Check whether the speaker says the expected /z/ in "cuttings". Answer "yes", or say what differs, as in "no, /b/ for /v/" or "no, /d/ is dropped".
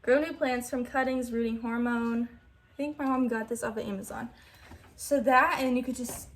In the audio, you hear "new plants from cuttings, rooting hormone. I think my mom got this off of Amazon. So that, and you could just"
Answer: yes